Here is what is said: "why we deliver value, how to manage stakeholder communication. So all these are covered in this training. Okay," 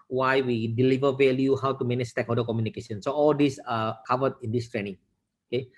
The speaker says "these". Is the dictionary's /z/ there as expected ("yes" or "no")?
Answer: no